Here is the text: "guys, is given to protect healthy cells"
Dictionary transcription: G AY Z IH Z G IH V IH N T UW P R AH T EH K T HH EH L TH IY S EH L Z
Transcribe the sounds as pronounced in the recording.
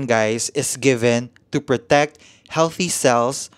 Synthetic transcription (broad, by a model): G AY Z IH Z G IH V IH N T UW P R AH T EH K T HH EH L TH IY S EH L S